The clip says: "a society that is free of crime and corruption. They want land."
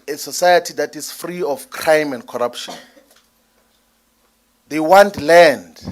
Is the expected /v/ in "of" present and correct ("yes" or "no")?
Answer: no